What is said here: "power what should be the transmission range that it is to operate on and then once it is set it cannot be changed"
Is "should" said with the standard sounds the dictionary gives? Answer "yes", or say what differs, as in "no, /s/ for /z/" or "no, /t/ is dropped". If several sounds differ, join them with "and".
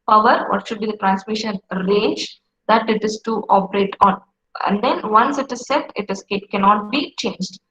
yes